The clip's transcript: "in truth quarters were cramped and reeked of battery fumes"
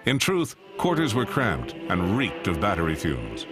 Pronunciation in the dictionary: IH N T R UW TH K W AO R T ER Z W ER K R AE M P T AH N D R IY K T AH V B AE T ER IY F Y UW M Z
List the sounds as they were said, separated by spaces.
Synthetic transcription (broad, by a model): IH N T R UW TH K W AO R T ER Z W ER K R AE M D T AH N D R IY K T AH V B AE T ER IY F Y UW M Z